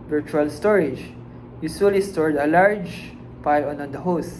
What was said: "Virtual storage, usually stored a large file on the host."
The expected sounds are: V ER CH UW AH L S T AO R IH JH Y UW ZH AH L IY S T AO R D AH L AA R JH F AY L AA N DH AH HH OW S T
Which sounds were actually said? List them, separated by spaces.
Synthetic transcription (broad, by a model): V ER CH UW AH L S T AO R IH JH Y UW S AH L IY S T AO R D AH L AA R JH P AY N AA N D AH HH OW S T